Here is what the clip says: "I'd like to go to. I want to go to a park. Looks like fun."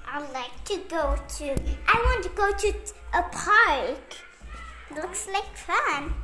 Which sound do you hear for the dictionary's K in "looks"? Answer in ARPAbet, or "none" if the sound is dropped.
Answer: K